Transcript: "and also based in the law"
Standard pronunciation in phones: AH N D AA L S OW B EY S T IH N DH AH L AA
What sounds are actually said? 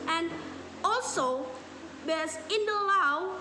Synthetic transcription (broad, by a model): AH N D AA L S OW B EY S IH N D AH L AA